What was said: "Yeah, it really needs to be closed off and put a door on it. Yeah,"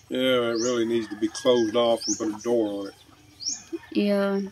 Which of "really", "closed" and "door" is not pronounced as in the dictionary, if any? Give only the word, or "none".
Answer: none